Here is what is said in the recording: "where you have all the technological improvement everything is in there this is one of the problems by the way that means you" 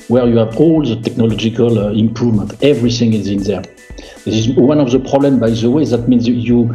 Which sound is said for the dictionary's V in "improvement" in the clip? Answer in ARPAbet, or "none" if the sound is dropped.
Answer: V